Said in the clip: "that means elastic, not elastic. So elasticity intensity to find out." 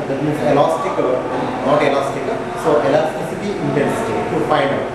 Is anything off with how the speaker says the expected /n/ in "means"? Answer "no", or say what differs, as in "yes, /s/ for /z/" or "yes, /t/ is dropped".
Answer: yes, /n/ is dropped